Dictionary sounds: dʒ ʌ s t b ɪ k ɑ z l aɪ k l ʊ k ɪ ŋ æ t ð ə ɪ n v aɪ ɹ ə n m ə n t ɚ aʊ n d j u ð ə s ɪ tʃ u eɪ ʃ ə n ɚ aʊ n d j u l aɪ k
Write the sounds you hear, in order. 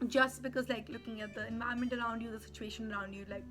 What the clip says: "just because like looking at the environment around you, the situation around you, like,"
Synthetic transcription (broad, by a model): dʒ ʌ s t b ɪ k ɑ z l aɪ k l ʊ k ɪ ŋ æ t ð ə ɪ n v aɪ ə m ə n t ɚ aʊ n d j u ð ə s ɪ tʃ u eɪ ʃ ə n ɚ aʊ n d j u l aɪ k